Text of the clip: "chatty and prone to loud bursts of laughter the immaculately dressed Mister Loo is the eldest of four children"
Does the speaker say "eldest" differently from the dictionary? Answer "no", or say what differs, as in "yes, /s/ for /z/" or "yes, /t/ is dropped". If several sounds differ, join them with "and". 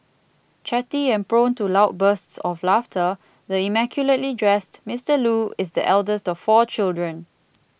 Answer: no